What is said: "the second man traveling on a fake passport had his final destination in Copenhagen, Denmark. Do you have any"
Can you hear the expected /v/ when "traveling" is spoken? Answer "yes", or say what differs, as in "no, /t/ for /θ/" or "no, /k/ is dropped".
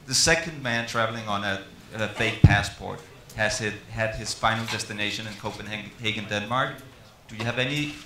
yes